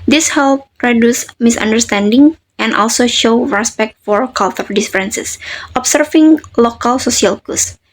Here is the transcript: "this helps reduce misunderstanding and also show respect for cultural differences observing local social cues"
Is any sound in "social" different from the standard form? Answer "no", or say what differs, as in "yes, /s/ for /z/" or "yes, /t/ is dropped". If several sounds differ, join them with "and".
yes, /s/ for /ʃ/